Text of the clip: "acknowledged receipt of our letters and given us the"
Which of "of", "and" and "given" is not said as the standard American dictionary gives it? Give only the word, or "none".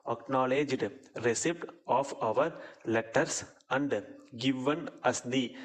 none